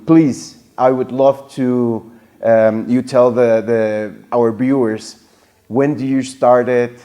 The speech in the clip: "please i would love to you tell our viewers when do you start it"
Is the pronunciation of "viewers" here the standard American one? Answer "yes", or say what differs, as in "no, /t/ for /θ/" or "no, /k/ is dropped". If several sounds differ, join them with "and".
no, /b/ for /v/